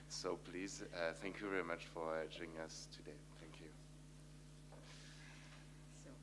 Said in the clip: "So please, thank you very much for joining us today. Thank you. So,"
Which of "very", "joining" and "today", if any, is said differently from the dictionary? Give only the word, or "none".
joining